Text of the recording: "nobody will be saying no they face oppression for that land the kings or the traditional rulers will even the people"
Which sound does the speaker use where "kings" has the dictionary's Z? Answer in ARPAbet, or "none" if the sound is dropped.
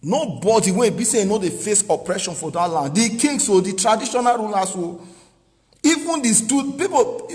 S